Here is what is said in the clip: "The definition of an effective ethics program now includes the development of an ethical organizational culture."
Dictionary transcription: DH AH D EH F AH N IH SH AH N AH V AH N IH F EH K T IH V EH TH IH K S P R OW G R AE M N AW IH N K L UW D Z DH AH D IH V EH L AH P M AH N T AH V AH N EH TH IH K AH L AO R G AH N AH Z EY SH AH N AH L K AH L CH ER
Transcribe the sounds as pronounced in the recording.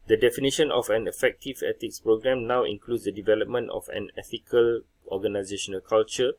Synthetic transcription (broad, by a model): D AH D EH F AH N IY SH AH N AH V AH N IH F EH K T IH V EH T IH K S P R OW G R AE M N AW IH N K L UW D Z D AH D IH V EH L AH P M AH N T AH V AH N EH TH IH K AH L AO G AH N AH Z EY SH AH N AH L K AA L CH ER